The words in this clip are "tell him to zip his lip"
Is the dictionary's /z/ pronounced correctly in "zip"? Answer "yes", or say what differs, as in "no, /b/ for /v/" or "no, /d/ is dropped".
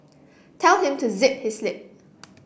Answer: yes